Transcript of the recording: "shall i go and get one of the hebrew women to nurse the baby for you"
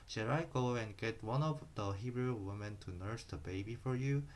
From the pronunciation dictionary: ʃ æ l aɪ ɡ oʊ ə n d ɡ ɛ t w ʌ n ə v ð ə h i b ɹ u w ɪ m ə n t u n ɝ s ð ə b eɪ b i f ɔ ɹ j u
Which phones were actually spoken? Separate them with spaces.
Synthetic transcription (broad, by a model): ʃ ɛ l aɪ ɡ oʊ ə n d ɡ ɛ t w ʌ n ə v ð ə h i b ɹ u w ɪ m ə n t u n ɝ s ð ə b eɪ b i f ɔ ɹ j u